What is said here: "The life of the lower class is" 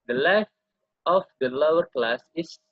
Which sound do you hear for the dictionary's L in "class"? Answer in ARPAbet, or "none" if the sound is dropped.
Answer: L